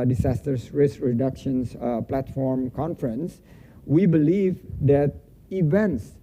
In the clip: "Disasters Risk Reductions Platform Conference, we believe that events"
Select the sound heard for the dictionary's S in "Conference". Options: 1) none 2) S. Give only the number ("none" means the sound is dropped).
2